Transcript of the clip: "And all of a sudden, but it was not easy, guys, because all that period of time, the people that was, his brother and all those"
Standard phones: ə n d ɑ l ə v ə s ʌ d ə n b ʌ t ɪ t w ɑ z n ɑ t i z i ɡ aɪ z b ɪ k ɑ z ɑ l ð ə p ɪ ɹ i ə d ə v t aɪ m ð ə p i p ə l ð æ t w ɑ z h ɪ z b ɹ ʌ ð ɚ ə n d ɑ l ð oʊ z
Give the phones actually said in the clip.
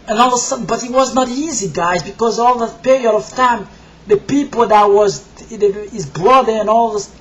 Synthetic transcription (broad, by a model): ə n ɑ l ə ə s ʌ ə b ʌ t ɪ t w ɑ z n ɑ t i z i ɡ aɪ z b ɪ k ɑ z ɑ l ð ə p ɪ ɹ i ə d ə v t aɪ m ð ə p i p ə l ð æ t w ɑ z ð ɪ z b l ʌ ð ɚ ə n ɑ l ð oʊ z